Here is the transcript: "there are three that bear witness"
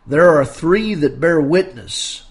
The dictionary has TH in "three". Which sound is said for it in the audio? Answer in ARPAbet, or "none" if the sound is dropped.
TH